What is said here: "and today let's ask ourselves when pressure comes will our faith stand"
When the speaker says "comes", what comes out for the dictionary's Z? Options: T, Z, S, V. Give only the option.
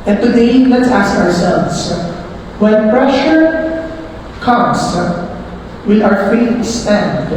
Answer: S